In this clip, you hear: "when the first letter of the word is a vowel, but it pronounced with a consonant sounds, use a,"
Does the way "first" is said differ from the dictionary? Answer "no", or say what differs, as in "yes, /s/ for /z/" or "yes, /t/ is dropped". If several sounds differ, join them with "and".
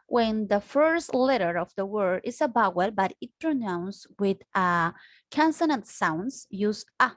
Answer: no